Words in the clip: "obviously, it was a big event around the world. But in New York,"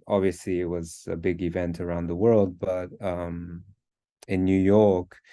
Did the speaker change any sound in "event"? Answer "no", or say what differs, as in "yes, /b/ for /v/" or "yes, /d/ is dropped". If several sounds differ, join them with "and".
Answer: no